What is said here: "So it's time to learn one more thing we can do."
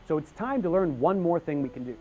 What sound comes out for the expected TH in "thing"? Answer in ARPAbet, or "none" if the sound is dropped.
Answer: TH